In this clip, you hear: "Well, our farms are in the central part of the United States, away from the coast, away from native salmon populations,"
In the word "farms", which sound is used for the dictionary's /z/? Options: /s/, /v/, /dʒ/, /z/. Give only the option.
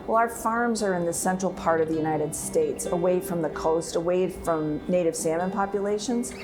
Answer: /z/